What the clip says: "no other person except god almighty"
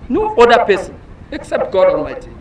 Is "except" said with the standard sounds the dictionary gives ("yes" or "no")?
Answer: yes